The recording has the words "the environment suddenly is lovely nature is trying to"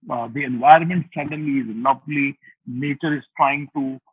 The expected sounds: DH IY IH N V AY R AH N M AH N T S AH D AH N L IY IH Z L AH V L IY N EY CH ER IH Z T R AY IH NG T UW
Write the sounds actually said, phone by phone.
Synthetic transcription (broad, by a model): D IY IH N V AY R AH N M AH N T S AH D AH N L IY IH Z L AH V L IY N EY CH ER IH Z T R AY IH NG T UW